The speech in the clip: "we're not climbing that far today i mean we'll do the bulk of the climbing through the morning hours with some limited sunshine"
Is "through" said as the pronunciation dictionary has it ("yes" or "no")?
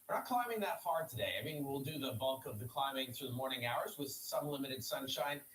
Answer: yes